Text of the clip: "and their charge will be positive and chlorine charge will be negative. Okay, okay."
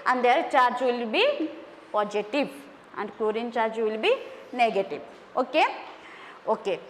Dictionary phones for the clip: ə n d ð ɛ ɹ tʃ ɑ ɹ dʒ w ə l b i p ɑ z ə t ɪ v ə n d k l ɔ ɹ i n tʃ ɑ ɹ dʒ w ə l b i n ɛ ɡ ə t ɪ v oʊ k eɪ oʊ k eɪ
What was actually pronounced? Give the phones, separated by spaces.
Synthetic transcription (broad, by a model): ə n d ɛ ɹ tʃ ɑ ɹ dʒ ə l b i p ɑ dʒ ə t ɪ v ə n d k ɔ ɹ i n tʃ ɑ ɹ dʒ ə l b i n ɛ ɡ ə t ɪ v oʊ k eɪ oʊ k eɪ